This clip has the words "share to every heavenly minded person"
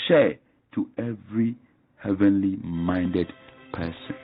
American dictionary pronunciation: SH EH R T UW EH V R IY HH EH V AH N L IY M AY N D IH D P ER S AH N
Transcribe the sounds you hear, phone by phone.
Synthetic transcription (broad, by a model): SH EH T UW EH V R IY HH EH V AH N L IY M AY N D IH D P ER S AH N